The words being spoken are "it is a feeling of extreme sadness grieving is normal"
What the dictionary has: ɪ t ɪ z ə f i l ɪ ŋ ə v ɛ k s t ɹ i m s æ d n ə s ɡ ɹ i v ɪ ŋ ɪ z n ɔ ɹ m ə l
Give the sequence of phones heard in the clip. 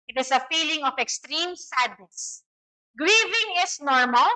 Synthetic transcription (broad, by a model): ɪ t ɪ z ə f i l ɪ ŋ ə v ɛ k s t ɹ i m s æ d n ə s ɡ ɹ i v ɪ ŋ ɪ s n ɔ ɹ m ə l